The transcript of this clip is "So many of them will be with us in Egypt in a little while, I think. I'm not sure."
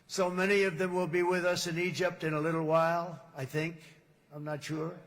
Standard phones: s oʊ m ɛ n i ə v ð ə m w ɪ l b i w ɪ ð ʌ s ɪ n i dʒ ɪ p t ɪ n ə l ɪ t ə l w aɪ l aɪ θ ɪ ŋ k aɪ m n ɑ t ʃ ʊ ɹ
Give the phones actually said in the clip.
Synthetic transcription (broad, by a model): s oʊ m ɛ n i ə v ð ə m w ɪ l b i w ɪ ð ʌ s ɪ n i dʒ ɪ p t ɪ n ə l ɪ t l w aɪ l aɪ θ ɪ ŋ k aɪ m n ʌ t ʃ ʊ ɹ